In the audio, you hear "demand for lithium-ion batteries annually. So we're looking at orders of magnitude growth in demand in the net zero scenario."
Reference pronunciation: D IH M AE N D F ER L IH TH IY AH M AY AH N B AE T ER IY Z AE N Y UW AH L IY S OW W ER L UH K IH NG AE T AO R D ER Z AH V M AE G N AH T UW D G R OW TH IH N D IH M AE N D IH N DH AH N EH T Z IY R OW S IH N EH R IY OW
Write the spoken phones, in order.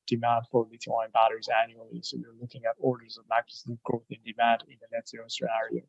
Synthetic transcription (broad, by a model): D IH M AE N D F ER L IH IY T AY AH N B AE T ER IY Z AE N Y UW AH L IY S OW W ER L UH K IH NG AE T AO R D ER Z AH V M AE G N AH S G R OW TH IH N D IH M AE N D IH N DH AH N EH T S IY OW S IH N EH R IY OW